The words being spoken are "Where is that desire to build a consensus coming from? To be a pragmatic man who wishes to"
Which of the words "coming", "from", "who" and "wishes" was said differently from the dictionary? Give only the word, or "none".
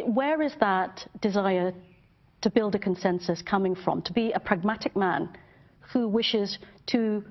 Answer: none